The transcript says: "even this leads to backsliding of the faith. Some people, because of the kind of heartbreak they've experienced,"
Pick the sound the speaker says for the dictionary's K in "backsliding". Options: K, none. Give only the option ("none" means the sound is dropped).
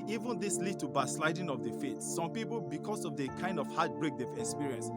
none